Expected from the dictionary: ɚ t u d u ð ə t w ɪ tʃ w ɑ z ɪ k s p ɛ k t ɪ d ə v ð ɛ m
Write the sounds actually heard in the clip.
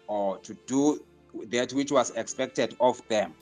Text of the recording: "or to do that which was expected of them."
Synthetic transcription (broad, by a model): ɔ t u d u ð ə t w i tʃ w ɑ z ɪ k s p ɛ k t ɪ d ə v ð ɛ m